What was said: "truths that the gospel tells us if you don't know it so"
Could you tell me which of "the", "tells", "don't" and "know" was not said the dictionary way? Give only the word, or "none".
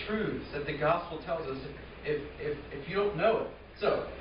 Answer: none